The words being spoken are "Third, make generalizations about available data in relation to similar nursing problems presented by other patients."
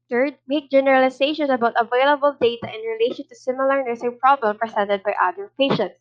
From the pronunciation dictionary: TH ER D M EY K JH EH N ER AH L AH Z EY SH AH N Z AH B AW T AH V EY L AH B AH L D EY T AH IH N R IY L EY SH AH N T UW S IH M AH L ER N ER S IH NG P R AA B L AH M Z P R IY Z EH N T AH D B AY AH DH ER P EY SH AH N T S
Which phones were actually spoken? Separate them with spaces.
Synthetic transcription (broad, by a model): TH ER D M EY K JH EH N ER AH L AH S EY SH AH N S AH B AW T AH V EY L AH B AH L D EY T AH IH N R IY L EY SH AH N T UW S IH M AH L ER N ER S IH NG P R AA B L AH M P R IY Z EH N T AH D B AY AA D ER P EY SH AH N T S